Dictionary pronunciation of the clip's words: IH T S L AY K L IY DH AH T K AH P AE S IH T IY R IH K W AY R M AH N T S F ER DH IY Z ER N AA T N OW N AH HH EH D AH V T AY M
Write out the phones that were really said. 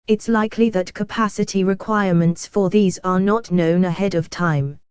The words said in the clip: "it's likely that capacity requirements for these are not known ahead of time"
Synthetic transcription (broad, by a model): IH T S L AY K L IY DH AH T K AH P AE S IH T IY R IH K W AY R M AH N T S F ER DH IY Z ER N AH T N OW N AH HH EH D AH V T AY M